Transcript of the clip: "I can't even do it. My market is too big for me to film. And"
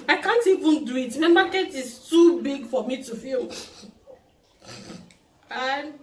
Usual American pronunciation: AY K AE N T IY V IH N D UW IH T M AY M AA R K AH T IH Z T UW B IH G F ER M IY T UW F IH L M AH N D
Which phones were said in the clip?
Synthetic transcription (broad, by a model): AY K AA N T IY V IH N D UW IH T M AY M AA K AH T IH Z T UW B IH G F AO M IY T UW F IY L AH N